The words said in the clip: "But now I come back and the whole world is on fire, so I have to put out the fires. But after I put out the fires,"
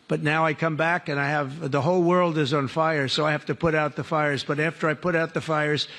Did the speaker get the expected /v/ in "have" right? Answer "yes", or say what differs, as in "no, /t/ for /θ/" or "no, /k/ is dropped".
no, /f/ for /v/